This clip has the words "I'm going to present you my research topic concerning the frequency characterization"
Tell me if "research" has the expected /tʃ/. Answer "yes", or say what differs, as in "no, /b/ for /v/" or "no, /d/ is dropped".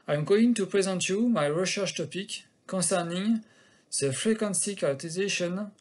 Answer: no, /ʃ/ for /tʃ/